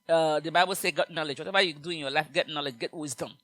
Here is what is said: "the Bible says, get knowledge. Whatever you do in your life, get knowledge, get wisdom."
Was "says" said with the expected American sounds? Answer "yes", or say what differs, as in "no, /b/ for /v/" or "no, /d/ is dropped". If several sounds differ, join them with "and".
no, /z/ is dropped